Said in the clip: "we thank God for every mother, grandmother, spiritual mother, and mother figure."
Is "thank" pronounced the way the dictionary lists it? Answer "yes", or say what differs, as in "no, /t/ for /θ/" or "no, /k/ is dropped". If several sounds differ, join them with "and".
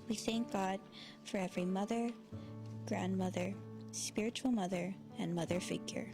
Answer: yes